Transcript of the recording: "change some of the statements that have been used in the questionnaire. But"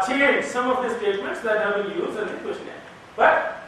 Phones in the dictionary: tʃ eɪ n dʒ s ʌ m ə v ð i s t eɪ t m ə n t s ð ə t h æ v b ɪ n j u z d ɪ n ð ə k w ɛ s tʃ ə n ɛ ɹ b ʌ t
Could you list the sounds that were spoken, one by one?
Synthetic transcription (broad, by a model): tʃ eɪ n s ʌ m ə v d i s t eɪ t m ə n t s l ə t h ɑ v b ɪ l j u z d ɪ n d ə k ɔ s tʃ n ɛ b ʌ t